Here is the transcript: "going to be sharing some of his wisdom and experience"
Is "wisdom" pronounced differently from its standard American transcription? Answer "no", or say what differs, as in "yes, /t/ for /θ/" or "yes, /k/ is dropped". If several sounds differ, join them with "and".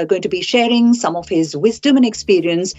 no